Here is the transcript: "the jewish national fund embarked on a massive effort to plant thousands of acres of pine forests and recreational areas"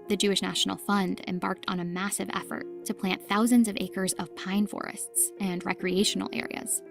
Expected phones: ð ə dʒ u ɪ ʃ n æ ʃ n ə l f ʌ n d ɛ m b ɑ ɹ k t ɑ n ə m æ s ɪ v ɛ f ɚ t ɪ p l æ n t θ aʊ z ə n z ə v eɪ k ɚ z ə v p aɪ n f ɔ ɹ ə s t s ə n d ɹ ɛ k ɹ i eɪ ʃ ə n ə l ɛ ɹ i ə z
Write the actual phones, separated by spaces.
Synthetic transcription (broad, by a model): ð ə dʒ u ɪ ʃ n æ ʃ n l f ʌ n d ɛ m b ɑ ɹ k t n ə m æ s ɪ v ɛ f ɚ t ɪ p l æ n θ aʊ z ə n z ə v eɪ k ɚ z ə v p aɪ n f ɔ ɹ ə s t s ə n ɹ ɛ k ɹ i eɪ ʃ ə n l ɛ ɹ i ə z